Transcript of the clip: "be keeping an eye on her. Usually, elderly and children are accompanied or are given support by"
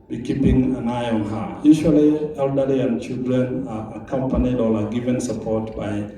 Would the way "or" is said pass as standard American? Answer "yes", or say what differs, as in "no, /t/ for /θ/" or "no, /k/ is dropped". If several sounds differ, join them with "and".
no, /l/ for /ɹ/